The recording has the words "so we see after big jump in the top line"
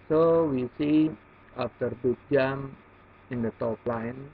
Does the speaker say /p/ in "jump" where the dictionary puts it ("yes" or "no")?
no